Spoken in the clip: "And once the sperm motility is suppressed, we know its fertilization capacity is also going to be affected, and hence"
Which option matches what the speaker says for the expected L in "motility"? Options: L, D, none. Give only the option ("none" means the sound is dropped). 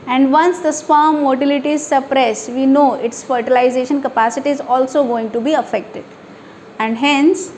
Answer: L